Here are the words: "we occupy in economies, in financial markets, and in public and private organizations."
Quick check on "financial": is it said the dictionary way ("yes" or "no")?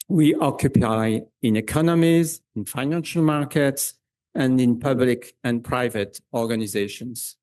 yes